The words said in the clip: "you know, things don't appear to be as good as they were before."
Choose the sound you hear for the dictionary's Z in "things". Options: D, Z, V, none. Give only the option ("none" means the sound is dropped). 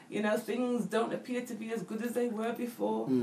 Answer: Z